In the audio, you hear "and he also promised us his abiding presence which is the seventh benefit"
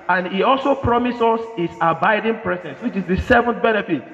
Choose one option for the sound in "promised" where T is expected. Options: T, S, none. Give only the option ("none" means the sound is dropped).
none